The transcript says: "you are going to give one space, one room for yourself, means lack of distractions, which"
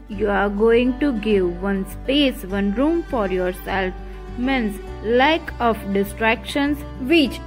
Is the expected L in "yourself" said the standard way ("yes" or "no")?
yes